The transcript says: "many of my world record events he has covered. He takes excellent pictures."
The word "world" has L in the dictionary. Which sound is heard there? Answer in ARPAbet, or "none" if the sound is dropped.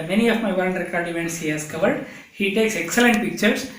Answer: N